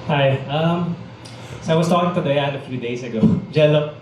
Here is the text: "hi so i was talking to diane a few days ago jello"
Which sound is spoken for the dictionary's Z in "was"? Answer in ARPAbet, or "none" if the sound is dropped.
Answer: S